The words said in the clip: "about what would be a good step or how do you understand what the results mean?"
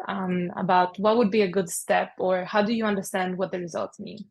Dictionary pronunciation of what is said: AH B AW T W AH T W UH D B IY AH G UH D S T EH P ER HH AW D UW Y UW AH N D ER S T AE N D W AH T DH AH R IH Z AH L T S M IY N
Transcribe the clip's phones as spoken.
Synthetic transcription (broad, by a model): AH B AW T W AH T W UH D B IY AH G UH D S T EH P ER HH AW D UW Y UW AH N D ER S T AE N D W AH T DH AH R IH Z AH L T S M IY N